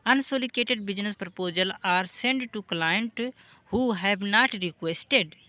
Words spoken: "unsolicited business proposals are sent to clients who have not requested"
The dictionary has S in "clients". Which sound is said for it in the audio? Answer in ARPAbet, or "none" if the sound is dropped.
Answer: none